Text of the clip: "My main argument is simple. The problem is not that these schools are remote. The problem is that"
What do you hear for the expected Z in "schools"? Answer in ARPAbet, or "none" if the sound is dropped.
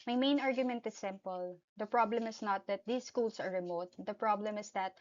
S